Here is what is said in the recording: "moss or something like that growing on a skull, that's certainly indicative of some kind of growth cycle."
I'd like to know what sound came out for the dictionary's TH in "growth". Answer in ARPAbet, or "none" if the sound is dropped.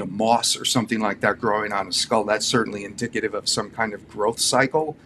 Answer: TH